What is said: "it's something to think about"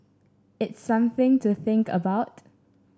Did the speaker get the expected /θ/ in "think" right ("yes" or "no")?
yes